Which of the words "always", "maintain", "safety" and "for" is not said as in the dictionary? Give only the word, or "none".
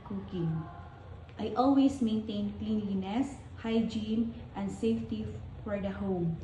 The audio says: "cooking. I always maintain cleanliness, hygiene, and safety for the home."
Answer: always